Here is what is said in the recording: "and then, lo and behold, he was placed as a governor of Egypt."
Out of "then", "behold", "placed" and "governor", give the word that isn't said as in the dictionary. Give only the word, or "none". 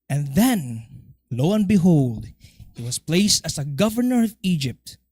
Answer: none